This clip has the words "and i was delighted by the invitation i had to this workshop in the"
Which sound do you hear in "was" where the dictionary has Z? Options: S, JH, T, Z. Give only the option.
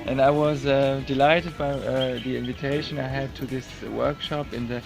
Z